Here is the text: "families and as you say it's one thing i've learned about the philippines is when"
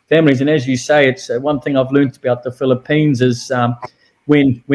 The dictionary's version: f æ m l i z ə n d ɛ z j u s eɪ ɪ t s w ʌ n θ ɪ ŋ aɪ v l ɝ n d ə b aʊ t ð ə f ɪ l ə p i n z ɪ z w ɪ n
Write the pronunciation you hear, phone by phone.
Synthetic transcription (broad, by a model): f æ m l i z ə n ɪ z j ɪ s eɪ ɪ t s w ʌ n θ ɪ ŋ aɪ v l ɝ n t ə b aʊ t ð ə f ɪ l ə p i n z ɪ z w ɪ n